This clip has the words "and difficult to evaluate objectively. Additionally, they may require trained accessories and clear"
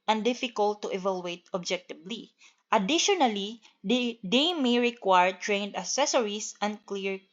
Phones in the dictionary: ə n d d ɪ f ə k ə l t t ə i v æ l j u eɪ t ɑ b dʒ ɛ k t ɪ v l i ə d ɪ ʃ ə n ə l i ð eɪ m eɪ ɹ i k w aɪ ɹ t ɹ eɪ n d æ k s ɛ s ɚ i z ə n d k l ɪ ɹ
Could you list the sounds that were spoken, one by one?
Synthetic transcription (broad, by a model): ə n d d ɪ f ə k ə l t t ə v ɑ l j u eɪ t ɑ b dʒ ɛ k t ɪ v l i ə d ɪ ʃ ə n ə l i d eɪ m eɪ ɹ i k w aɪ ɹ t ɹ eɪ n d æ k s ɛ s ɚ i s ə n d k l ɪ ɹ